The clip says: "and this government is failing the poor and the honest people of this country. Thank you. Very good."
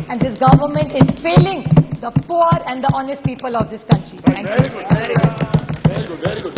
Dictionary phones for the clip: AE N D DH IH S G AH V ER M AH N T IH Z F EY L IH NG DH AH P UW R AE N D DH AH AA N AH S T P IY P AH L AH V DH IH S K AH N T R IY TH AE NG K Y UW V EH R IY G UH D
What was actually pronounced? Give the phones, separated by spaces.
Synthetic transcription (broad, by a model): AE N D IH S G AH V ER M AH N T IH Z F EY L IH NG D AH P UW R AE N D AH AA N AH S T P IY P AH L AH V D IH S K AH N T R IY T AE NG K Y UW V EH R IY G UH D